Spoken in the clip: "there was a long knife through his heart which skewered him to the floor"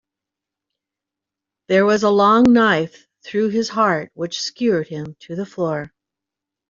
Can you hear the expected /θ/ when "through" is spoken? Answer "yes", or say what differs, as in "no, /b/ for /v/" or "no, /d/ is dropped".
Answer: yes